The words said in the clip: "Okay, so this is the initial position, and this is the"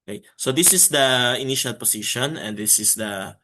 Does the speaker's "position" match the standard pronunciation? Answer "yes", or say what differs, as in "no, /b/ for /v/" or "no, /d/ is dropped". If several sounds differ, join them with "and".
no, /s/ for /z/